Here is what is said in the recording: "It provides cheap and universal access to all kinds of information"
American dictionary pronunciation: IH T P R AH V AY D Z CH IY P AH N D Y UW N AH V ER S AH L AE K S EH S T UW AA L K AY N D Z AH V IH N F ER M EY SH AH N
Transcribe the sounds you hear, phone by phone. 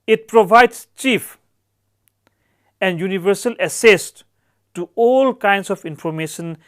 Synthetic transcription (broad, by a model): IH T P R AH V AY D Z CH IY F AH N D Y UW N AH V ER S AH L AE S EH S T UW AA L K AY N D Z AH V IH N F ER M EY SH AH N